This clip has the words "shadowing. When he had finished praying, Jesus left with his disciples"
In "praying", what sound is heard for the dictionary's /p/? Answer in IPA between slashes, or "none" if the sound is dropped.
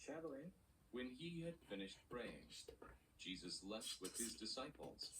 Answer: /b/